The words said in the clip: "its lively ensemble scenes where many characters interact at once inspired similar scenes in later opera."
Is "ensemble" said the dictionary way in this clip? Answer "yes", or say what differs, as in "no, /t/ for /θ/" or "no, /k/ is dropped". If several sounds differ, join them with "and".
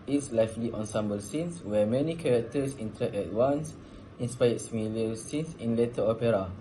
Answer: yes